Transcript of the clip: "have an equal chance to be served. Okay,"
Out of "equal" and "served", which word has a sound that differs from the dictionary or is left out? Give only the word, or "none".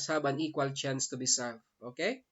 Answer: served